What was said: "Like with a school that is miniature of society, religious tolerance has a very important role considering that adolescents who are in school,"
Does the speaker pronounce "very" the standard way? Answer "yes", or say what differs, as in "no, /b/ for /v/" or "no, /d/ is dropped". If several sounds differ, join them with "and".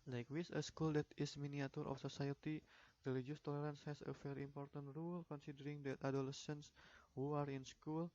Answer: no, /f/ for /v/